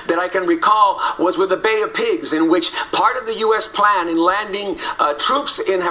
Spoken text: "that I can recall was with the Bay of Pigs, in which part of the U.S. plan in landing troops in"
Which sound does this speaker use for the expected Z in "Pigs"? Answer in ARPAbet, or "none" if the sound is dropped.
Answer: Z